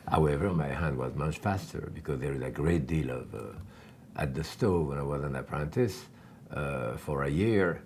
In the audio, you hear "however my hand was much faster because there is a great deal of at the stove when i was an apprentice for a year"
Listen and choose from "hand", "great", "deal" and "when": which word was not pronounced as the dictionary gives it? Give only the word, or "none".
none